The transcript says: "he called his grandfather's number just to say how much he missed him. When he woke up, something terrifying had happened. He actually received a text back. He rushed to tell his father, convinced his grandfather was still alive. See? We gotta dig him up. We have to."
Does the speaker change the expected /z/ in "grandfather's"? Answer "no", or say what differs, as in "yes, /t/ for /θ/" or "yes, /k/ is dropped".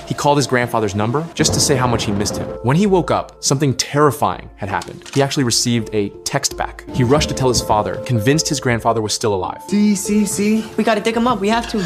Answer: no